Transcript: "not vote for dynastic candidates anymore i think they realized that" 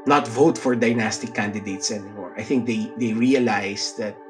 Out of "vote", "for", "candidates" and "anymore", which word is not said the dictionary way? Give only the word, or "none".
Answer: none